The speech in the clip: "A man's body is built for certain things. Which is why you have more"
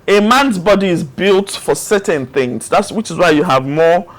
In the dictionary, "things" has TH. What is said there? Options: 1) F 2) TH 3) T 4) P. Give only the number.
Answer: 2